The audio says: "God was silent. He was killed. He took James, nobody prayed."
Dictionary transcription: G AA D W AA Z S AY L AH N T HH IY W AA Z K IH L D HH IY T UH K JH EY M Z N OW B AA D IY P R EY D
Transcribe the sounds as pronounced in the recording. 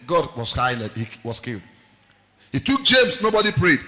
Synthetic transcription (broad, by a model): G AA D W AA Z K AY N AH HH IY W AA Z K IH L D HH IY T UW K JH EY M S N OW B AA D IY P R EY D